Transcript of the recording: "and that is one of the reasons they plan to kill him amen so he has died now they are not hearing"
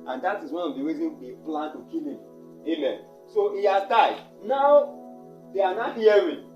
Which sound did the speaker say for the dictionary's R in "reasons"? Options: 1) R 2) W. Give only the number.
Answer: 2